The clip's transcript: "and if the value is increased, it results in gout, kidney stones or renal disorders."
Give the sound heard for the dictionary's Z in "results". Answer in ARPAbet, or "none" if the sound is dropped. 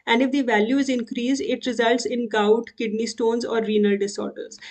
Z